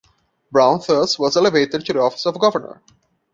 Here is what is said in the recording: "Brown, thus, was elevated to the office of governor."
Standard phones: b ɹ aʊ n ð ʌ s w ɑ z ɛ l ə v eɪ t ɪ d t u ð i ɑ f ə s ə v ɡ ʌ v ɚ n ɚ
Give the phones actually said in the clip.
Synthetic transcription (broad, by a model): b ɹ aʊ n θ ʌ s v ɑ z ɛ l ə v eɪ t ɪ d t u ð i ɑ f ə s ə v ɡ ʌ v ɚ n ɚ